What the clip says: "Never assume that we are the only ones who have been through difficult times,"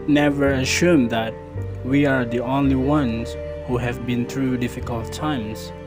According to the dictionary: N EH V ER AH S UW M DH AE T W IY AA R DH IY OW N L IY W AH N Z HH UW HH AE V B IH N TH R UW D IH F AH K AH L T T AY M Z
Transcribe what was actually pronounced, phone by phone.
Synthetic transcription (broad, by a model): N EH V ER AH SH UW M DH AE T W IY AA R DH IY OW N L IY W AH N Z HH UW HH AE V B IH N TH R UW D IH F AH K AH L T T AY M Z